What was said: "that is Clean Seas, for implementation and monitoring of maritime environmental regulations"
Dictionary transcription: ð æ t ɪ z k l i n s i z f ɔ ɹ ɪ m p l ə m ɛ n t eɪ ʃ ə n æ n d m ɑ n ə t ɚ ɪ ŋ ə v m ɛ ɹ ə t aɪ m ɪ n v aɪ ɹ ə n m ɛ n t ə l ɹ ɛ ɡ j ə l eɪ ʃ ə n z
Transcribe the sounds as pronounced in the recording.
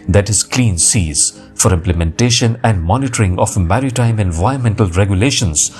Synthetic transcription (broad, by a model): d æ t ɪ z k l i n s i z f ɔ ɹ ɪ m p l ə m ɛ n t eɪ ʃ ə n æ n d m ɑ n ə t ɚ ɪ ŋ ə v m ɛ ɹ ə t aɪ m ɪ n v aɪ ə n m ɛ n t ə l ɹ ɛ ɡ j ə l eɪ ʃ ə n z